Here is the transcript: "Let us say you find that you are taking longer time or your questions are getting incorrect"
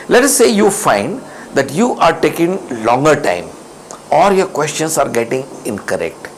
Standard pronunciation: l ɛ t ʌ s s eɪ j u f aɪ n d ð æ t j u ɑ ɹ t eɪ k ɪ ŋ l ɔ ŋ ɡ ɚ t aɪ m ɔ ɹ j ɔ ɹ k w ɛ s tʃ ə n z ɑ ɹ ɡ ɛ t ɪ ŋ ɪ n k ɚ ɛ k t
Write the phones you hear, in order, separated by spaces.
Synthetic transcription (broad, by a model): l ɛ t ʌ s s eɪ j u f aɪ n d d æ t j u ɑ ɹ t eɪ k ɪ ŋ l ɔ ŋ ɡ ɚ t aɪ m ɔ l j ɔ ɹ k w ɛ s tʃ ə n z ɑ ɹ ɡ ɛ t ɪ ŋ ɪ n k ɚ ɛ k t